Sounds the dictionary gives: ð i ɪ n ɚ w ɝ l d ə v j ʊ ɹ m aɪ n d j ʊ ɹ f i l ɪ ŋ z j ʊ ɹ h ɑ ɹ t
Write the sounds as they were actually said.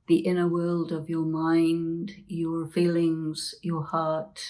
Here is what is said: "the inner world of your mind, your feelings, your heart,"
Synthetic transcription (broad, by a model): ð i ɪ n ɚ w ɝ l d ə v j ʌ ɹ m aɪ n d j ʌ ɹ f i l ɪ ŋ z j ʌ ɹ h ɑ ɹ t